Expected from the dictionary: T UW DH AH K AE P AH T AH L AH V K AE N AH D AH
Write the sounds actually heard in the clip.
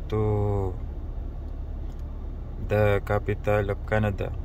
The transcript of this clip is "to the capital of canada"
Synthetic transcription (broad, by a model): T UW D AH K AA P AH T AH L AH P K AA N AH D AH